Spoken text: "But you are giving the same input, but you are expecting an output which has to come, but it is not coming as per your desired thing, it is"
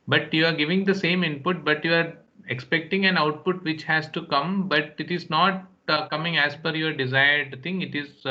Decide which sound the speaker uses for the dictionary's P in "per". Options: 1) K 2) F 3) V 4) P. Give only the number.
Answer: 2